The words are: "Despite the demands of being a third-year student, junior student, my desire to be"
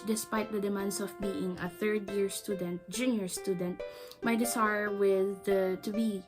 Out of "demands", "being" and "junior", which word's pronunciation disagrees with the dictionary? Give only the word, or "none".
demands